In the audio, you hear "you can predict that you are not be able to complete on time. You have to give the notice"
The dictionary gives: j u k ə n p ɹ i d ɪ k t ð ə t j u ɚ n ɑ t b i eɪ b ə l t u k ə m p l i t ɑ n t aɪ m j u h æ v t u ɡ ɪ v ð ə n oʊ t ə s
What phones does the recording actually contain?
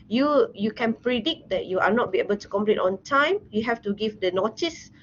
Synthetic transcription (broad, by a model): j u k ə n p ɹ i d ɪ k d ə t j u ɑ n ɑ t b i eɪ b ə l t u k ə m p l i t ɑ n t aɪ m j u h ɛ f t u ɡ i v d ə n oʊ t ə s